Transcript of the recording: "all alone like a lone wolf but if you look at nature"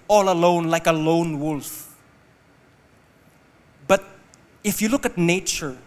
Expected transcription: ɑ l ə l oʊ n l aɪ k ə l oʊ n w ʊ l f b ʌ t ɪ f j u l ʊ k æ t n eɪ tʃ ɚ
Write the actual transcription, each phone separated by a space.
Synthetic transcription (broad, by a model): ɑ l ə l oʊ n l aɪ k ə l oʊ n w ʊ l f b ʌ t ɪ f j u l ʊ k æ t n eɪ tʃ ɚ